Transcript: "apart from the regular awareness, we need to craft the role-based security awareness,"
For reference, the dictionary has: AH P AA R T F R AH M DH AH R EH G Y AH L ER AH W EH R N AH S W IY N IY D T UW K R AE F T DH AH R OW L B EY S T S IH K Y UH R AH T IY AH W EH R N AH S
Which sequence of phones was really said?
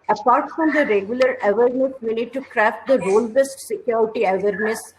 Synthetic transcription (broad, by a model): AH P AA R T F R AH M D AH R EH G Y AH L ER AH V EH R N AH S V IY N IY D T UW K R AE F T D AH R OW L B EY S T S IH K Y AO R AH T IY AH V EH R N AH S